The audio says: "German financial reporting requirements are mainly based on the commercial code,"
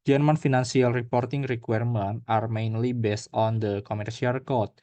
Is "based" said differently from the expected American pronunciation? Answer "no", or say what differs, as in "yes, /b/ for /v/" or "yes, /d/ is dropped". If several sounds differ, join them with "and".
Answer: no